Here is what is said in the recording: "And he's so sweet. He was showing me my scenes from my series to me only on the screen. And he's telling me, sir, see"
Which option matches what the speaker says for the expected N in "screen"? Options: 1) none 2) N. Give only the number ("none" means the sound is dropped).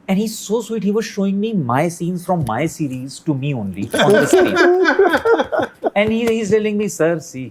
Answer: 1